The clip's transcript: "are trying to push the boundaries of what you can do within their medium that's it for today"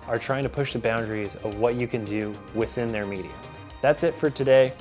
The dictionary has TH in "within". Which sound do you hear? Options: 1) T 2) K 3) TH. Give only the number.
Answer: 3